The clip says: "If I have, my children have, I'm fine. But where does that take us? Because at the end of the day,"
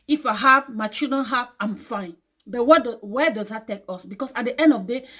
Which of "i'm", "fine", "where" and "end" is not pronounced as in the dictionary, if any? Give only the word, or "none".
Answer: where